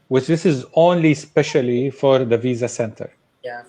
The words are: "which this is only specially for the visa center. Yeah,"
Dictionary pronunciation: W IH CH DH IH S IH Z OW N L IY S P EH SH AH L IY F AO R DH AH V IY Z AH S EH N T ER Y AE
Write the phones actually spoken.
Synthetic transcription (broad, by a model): W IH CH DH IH S IH Z OW N L IY S P EH SH AH L IY F AO R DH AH V IY Z AH S EH N T ER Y